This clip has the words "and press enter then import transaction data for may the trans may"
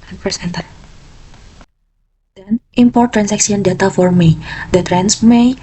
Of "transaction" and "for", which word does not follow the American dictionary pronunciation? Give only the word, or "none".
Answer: transaction